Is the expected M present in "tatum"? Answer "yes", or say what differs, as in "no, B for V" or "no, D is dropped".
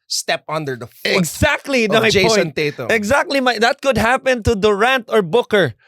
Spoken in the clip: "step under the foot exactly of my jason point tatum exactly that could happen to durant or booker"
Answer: no, M is dropped